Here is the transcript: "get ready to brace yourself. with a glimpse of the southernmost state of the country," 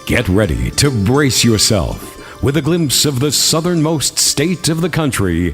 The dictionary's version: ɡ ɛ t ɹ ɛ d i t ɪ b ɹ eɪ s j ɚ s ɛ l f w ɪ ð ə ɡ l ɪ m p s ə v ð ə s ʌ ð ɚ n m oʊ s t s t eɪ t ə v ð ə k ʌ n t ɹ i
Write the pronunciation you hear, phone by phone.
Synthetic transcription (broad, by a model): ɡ ɛ t ɹ ɛ d i t ɪ b ɹ eɪ s j ɚ s ɛ l f w ɪ ð ə ɡ l ɪ m p s ə v ð ə s ʌ ð ɚ n m oʊ s t s t eɪ t ə v ð ə k ʌ n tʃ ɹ i